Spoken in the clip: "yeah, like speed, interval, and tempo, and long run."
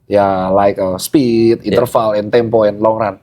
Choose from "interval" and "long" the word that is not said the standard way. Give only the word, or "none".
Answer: interval